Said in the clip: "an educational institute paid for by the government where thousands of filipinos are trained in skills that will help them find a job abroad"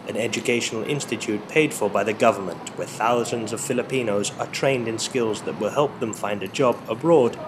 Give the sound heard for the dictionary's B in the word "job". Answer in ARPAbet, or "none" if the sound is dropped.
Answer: B